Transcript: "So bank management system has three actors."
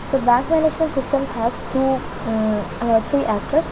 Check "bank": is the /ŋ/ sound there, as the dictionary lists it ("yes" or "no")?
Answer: yes